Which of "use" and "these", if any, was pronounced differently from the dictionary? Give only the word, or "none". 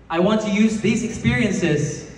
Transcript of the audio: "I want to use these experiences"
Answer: none